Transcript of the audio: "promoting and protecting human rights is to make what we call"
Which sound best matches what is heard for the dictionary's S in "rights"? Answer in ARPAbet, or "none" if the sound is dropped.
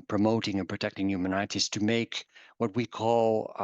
none